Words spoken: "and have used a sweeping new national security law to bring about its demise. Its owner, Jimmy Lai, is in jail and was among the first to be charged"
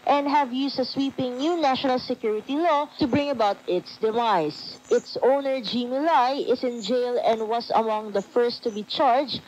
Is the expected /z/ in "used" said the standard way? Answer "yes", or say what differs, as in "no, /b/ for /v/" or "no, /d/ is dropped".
no, /s/ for /z/